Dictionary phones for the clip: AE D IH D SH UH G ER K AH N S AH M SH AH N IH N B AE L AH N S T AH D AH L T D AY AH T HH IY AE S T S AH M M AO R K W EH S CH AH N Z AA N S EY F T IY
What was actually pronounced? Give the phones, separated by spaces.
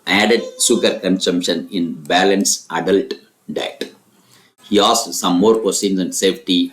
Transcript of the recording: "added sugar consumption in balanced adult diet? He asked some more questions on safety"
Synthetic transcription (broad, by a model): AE D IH D S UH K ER K AH N S AH M SH AH N IH N B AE L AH N S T AH D AH L T D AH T HH IY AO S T S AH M M AO R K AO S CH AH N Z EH N S EY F T IY